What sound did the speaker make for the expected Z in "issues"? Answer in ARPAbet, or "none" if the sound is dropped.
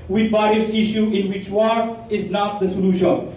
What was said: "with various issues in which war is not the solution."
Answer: none